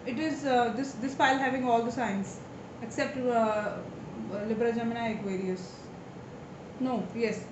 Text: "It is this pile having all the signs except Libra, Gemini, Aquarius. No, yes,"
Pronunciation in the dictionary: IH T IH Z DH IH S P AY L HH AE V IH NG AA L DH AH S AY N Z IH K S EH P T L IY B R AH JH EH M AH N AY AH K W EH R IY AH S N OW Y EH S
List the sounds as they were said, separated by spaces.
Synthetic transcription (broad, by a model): IH T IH Z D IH S F AY L HH AE V IH NG AA L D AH S AY N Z IH K S EH P T L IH B R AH JH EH M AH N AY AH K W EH R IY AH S N OW Y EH S